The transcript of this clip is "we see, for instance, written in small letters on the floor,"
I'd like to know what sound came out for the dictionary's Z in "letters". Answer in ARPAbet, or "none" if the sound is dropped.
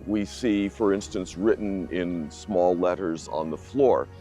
Z